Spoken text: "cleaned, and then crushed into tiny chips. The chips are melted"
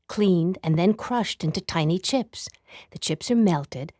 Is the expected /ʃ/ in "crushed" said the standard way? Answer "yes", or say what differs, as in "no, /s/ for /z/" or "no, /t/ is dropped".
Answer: yes